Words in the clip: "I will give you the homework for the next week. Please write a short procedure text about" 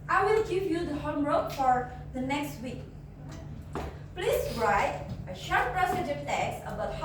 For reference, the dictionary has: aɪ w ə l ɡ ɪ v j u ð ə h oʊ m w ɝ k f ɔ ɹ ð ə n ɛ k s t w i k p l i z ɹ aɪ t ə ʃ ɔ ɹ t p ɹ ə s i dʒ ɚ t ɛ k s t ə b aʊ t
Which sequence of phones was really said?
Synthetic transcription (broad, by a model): aɪ w ə l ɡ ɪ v j u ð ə h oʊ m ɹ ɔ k f ɔ ɹ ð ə n ɛ k s t w i k p l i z ɹ aɪ t ə ʃ ɔ ɹ t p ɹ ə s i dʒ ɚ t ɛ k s ə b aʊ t